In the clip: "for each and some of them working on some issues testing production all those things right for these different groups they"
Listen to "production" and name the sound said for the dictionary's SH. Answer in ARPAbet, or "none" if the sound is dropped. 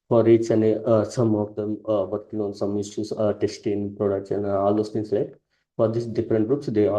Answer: S